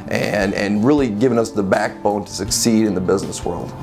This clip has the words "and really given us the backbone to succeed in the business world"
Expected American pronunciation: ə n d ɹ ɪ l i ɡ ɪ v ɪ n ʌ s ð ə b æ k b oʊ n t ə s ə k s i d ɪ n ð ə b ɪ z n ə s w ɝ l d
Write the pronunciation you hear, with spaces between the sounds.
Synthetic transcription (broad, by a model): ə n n ɹ ɪ l i ɡ ɪ v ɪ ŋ ʌ s ð ə b æ k b oʊ n t ə s ə k s i d ɪ n ð ə b ɪ z n ə s w ɝ l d